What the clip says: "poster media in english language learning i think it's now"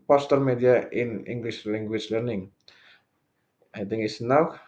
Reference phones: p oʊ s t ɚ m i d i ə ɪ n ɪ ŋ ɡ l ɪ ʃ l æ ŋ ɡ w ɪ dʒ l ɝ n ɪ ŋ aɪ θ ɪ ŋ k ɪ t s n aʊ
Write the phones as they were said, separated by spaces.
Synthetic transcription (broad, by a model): p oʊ s t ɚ m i d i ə ɪ n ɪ ŋ ɡ l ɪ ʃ l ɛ ŋ ɡ w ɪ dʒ l ɝ n ɪ ŋ aɪ t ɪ ŋ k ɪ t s n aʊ